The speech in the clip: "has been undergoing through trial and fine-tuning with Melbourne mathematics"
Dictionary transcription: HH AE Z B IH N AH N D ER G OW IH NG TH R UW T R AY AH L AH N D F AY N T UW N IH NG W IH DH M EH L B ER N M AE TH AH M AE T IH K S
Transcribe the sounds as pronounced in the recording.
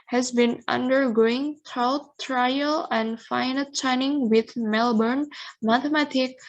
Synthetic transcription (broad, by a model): HH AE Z B IH N AH N D ER G OW IH NG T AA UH T R AY AH L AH N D F AY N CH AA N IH NG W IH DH M EH L B ER N M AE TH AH M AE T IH K